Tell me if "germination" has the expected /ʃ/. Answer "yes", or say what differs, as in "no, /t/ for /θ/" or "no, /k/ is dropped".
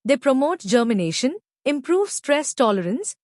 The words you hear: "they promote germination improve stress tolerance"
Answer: yes